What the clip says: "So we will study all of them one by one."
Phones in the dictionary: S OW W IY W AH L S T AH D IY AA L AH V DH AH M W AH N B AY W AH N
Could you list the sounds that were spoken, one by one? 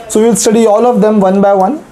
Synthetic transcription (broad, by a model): S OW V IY L S T AH D IY AA L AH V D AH M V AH N B AY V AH N